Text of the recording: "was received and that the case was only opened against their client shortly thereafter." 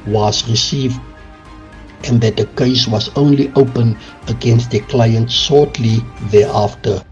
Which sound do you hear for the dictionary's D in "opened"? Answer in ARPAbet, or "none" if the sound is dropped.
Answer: none